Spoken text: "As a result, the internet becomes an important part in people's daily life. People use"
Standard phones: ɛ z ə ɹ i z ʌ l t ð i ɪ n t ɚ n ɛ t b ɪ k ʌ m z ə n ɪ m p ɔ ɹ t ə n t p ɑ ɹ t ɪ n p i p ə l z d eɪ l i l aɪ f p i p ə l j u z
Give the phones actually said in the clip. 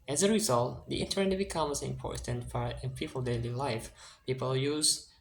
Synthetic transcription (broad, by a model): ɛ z ə ɹ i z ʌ l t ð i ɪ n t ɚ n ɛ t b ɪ k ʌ m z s ɪ m p ɔ ɹ t ə n t f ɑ ɹ ɪ n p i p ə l d eɪ l i l aɪ f p i p ə l j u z